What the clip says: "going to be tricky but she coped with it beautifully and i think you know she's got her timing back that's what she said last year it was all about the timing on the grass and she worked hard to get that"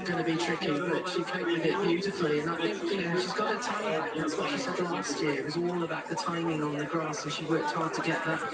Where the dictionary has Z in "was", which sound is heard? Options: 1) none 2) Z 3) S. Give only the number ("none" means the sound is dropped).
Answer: 2